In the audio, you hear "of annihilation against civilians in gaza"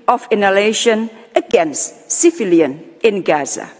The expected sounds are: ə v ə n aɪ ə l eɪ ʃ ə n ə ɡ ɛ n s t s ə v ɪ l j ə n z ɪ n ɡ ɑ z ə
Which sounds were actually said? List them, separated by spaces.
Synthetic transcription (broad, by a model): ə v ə n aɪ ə l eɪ ʃ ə n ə ɡ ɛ n s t s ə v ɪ l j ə n ɪ n ɡ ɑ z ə